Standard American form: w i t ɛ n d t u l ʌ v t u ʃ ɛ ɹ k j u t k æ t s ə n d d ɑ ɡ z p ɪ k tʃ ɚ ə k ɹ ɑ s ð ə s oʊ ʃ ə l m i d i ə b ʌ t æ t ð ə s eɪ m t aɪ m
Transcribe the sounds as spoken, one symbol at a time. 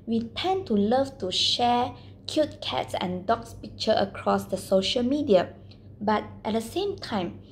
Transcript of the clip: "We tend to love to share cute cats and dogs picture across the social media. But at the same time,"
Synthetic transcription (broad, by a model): w i t ɛ n t u l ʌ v t u ʃ ɛ k j u t k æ t s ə n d d ɑ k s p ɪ k tʃ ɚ ə k ɹ ɑ s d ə s oʊ ʃ ə l m i d i ə b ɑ t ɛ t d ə s eɪ m t aɪ m